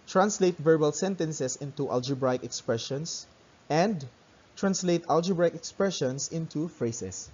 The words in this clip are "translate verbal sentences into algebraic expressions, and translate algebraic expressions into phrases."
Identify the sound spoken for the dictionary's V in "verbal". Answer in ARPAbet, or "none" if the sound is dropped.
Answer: V